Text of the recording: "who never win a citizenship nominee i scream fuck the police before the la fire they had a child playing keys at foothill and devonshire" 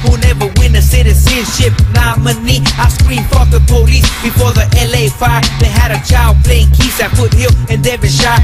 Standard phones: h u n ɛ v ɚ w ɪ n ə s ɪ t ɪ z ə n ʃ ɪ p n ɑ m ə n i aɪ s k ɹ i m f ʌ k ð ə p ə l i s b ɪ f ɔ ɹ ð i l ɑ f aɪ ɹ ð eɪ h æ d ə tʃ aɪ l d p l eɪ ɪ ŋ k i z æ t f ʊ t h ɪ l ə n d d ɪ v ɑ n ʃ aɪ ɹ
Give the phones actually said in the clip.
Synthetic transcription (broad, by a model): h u n ɛ v ɚ w ɪ n ə s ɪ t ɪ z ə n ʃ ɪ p n ɑ m ə n i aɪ s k ɹ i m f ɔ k ð ə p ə l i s b ɪ f ɔ ɹ ð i l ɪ f aɪ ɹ ð eɪ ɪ d ə tʃ aɪ l d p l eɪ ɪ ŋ k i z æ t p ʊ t h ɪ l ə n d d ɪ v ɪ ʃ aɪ